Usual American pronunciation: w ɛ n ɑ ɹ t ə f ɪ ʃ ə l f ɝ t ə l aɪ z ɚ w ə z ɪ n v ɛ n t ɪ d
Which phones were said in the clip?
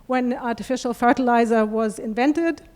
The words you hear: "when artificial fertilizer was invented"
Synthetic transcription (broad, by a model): w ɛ n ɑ ɹ t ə f ɪ ʃ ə l f ɝ t ə l aɪ z ɚ w ə z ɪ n v ɛ n t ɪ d